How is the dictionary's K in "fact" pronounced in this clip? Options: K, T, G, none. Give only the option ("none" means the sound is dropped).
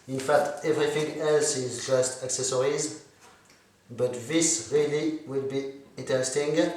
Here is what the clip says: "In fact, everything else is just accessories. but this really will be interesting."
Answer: K